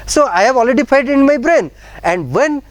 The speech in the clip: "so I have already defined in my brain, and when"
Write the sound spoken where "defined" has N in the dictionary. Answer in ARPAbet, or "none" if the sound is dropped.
none